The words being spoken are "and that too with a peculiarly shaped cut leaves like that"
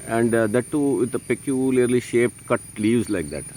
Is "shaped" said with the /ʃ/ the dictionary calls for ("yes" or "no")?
yes